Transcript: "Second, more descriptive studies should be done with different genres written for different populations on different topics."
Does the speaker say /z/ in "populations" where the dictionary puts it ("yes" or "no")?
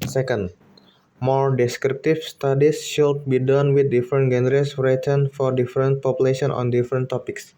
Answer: no